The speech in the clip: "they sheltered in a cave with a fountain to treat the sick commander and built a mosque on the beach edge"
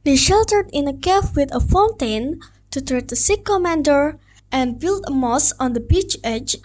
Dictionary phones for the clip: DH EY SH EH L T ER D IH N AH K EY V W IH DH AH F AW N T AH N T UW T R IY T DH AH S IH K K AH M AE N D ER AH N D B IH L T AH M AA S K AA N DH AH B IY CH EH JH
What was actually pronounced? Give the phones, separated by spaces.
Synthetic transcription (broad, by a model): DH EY SH EH L T ER D IH N AH K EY F W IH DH AH F AW N T AH N T UW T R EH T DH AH S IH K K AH M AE N D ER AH N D B IH L T AH M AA S AA N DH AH B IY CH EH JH